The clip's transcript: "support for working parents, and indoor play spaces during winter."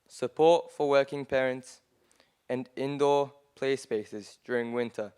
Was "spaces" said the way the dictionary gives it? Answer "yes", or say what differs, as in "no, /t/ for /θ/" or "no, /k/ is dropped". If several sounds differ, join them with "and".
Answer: yes